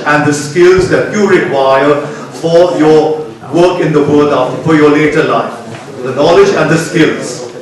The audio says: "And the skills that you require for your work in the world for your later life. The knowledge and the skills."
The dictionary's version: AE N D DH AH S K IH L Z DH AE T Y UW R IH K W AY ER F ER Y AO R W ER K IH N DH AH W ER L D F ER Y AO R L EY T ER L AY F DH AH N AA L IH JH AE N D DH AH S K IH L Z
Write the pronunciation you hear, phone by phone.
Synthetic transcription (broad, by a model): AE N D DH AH S K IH L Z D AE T Y UW R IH K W AY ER F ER Y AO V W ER K IH N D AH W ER D F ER Y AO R L EY T ER L AY F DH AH N AA L IH JH AE N D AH S K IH L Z